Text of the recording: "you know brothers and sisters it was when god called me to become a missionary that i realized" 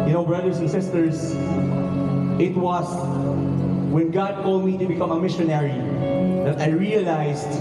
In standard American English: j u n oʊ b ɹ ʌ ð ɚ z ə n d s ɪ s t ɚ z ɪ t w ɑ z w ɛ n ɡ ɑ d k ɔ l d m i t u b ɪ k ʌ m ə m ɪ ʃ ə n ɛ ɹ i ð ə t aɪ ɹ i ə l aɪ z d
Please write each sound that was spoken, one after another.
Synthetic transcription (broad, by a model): j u n oʊ b ɹ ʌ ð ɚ s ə n s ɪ s t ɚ s ɪ t w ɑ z w ɛ n ɡ ɑ d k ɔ l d m i t u b ɪ k ʌ m ə m ɪ ʃ ə n ɛ ɹ i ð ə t aɪ ɹ i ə l aɪ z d